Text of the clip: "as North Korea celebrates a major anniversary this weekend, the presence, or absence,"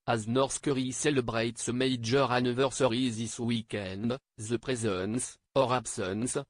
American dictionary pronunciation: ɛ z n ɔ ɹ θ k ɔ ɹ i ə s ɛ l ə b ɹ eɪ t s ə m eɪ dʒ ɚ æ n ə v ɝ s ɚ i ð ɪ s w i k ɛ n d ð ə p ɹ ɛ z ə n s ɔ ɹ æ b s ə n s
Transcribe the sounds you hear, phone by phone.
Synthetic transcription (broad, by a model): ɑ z n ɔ ɹ s k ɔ ɹ i s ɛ l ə b ɹ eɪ t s ə m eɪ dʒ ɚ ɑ n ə v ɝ s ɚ i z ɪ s w i k ɛ n d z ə p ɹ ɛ z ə n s ɔ ɹ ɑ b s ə n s